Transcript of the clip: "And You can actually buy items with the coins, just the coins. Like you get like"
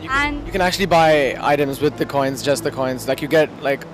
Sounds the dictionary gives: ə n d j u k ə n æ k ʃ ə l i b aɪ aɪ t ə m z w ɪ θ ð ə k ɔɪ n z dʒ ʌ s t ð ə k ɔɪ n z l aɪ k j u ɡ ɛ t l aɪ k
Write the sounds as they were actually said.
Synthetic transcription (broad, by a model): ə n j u k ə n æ k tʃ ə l i b aɪ aɪ t ə m z w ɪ ð ə k ɔɪ n z dʒ ʌ s t ð ə k ɔɪ n z l aɪ k j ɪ ɡ ɛ t l aɪ k